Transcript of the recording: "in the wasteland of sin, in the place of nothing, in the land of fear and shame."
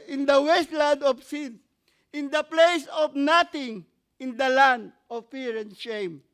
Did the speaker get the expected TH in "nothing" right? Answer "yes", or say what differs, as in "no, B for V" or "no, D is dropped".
no, T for TH